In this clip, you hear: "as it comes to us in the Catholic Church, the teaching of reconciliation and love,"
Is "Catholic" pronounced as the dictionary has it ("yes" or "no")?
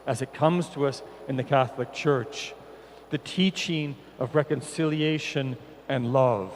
yes